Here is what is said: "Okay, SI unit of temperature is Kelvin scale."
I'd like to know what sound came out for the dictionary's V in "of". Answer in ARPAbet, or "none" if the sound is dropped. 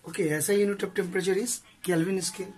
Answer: P